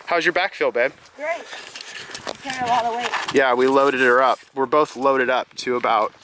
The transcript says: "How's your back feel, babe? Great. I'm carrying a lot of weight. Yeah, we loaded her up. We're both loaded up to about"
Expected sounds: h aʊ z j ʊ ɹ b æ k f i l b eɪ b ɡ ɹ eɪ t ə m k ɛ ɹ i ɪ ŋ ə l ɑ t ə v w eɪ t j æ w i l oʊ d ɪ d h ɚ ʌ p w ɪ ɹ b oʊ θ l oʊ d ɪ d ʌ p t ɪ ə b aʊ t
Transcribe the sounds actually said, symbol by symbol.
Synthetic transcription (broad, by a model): h aʊ z j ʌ ɹ b æ k f i l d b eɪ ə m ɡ ɹ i ɪ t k n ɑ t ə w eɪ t j æ w i l oʊ d ɪ d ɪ ɚ ʌ p w ɪ ɹ b oʊ θ l oʊ d ɪ d ʌ p t ɪ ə b aʊ t